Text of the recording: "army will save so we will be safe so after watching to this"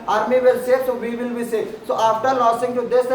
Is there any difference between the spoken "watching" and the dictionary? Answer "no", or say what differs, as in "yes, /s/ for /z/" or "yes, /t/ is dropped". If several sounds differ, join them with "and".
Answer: yes, /s/ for /tʃ/